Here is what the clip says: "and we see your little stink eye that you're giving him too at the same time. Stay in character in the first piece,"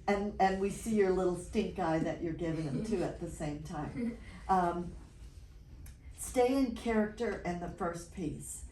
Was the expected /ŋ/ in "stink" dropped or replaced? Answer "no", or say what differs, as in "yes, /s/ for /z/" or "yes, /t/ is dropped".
no